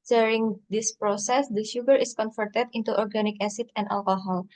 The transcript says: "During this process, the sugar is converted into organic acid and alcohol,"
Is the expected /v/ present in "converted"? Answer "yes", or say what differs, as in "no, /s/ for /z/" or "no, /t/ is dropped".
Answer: no, /f/ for /v/